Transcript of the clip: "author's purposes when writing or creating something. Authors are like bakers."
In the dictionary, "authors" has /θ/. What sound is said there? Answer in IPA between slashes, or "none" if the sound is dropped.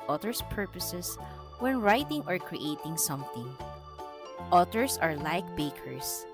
/t/